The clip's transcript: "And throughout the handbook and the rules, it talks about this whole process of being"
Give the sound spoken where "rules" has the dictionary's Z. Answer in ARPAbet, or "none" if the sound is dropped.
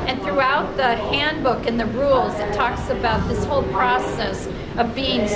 Z